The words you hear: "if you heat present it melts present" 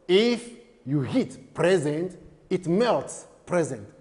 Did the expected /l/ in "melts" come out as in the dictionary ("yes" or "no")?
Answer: yes